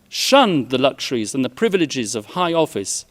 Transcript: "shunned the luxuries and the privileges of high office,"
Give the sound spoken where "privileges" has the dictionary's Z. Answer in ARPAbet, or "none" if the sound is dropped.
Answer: Z